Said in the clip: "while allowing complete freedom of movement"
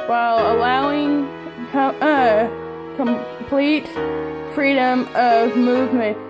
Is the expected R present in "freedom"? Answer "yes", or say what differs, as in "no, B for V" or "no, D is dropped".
yes